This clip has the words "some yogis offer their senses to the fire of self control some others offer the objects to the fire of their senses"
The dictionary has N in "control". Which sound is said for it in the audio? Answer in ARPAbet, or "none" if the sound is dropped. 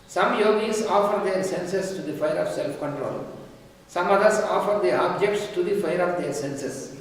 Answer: N